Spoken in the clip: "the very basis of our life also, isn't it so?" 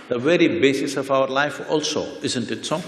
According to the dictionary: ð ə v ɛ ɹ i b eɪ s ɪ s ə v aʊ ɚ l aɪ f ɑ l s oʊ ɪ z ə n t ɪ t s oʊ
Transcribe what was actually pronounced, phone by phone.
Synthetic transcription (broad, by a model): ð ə v ɛ ɹ i b eɪ s ɪ s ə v aʊ ɚ l aɪ f ɑ l s oʊ ɪ z ə n t ɪ t s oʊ